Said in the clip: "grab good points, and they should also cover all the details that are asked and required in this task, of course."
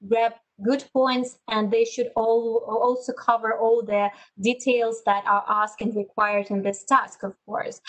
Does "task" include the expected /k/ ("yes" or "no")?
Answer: yes